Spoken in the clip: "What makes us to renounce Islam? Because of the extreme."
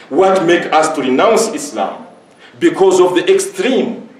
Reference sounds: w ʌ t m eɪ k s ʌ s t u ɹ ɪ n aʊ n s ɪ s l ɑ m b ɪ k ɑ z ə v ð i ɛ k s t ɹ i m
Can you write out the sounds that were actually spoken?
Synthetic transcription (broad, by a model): w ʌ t m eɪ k ɑ s t u ɹ ɪ n aʊ n s ɪ s l ɑ m b ɪ k ɑ z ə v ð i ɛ k s t ɹ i m